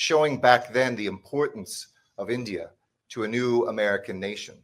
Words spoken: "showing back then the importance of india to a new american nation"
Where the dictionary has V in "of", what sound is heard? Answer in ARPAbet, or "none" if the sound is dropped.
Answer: V